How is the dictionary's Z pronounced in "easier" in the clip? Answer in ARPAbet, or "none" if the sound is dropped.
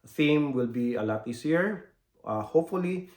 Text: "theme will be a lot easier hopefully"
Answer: S